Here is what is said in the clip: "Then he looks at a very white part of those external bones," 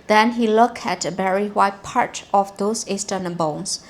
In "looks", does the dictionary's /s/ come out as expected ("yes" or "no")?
no